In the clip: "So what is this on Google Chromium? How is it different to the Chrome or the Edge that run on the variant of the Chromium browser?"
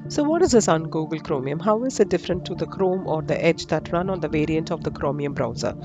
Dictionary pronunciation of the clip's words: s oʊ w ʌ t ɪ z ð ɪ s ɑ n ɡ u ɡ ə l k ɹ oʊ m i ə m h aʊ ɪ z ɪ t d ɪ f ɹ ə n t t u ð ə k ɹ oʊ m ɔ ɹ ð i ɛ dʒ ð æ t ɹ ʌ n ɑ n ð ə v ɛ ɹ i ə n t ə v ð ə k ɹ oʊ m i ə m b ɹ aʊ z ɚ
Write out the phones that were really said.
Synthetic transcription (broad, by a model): s oʊ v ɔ t ɪ z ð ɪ s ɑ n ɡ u ɡ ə l k ɹ oʊ m i ə m h aʊ ɪ z ɪ t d ɪ f ɹ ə n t t u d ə k ɹ oʊ m ɔ ɹ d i ɛ dʒ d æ t ɹ ʌ n ɑ n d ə v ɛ ɹ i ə n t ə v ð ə k ɹ oʊ m i ə m b ɹ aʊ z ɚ